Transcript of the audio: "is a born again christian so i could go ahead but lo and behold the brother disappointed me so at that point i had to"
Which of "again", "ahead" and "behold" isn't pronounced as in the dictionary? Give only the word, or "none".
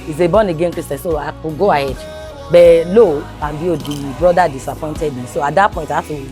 behold